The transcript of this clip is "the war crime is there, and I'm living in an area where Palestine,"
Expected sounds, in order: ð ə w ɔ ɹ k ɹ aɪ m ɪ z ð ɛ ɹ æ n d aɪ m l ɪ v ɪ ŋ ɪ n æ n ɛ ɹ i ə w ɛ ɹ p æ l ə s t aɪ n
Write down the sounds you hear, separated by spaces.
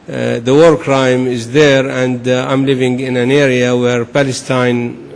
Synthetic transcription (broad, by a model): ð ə w ɔ ɹ k ɹ aɪ m ɪ z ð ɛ ɹ æ n d aɪ m l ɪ v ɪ ŋ ɪ n æ n ɛ ɹ i ə w ɛ ɹ p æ l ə s t aɪ n